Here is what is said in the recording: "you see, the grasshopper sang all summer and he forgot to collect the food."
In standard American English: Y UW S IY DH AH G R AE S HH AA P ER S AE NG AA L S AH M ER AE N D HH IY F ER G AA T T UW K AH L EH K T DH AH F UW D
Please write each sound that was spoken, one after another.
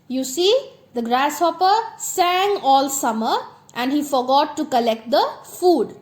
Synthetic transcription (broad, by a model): Y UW S IY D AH G R AE S HH AA P ER S AE NG AA L S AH M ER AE N D HH IY F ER G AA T T UW K AH L EH K T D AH F UW D